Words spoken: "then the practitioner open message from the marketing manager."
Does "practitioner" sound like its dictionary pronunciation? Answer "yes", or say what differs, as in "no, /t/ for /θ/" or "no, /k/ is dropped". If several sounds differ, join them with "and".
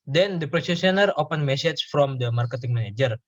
no, /ʃ/ is dropped